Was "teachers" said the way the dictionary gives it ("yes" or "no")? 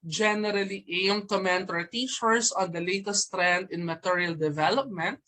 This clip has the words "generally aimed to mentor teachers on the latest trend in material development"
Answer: no